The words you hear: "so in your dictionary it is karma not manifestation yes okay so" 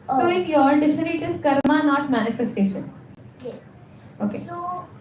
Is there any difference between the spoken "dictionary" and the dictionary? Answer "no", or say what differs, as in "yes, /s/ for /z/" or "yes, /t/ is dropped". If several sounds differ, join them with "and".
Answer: yes, /k/ is dropped